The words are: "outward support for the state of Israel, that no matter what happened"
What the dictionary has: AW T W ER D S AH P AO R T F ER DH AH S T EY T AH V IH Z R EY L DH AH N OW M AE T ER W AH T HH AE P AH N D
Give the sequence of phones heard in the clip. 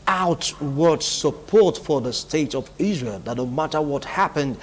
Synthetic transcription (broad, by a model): AW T W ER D S AH P AO R T F ER DH AH S T EY T AH V IH Z R EY L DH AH N OW M AE T ER W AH T HH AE P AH N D